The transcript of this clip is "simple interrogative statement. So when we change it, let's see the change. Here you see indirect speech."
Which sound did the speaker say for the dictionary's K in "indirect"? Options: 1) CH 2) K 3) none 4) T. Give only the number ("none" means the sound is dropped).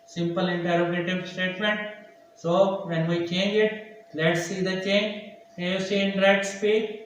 3